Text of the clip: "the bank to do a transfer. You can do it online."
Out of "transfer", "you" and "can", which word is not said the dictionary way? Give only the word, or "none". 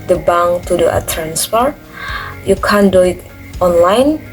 transfer